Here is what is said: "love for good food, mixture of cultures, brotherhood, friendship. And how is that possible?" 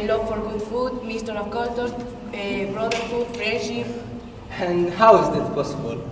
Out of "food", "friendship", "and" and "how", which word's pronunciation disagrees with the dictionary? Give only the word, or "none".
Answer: friendship